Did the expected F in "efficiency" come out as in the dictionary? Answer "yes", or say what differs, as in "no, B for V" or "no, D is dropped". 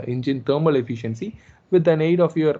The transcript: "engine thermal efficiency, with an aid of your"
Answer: yes